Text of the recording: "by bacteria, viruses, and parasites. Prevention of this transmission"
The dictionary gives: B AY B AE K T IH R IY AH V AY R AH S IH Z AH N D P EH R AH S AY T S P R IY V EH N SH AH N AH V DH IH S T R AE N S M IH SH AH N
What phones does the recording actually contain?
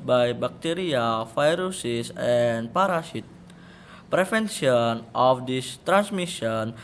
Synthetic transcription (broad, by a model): B AY B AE K T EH R IY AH F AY R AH S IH S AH N P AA R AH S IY T P R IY F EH N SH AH N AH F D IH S T R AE N S M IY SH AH N